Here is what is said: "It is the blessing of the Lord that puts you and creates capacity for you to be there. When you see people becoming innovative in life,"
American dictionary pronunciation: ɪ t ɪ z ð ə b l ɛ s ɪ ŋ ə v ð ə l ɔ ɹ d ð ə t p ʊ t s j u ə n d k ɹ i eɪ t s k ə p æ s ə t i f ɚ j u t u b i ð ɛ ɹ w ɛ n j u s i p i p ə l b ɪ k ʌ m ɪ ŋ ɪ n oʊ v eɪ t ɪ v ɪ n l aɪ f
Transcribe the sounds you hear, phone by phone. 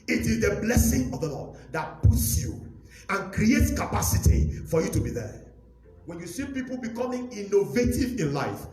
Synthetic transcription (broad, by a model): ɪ t ɪ z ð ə b l ɛ s ɪ ŋ ə v ð ə l ɔ d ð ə t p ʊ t s j u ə n k ɹ i eɪ t s k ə p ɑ s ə t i f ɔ j u t u b i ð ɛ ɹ w ɛ n j u s i p i p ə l b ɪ k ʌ m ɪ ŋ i n oʊ v eɪ t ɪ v ɪ n l aɪ f